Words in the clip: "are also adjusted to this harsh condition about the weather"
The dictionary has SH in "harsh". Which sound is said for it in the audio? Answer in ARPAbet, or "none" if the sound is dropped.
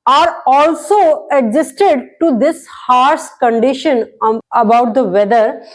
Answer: S